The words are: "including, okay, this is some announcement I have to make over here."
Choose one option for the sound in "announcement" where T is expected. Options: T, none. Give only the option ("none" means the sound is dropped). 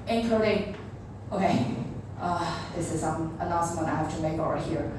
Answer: none